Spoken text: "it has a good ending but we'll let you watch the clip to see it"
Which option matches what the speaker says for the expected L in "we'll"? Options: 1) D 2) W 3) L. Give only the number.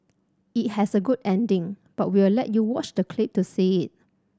2